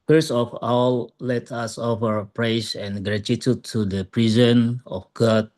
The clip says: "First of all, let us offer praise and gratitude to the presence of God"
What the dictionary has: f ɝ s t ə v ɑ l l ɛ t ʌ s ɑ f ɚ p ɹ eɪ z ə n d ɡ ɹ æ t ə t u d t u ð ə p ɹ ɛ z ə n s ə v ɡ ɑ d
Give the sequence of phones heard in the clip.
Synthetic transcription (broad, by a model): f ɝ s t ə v ɑ l l ɛ t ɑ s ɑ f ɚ p ɹ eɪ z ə n ɡ ɹ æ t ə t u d t u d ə p ɹ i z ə n ə f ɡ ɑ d